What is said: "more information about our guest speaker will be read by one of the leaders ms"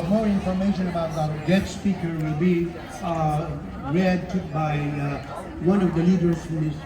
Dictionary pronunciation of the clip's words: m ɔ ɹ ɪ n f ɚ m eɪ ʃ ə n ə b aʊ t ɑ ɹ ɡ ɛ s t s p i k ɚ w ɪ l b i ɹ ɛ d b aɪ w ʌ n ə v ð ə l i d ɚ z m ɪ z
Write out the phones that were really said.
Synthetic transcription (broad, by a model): m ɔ ɹ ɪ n f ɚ m eɪ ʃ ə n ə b aʊ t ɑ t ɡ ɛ t s p i k ɚ w ɪ l b i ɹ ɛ d b aɪ w ʌ n ə v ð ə l i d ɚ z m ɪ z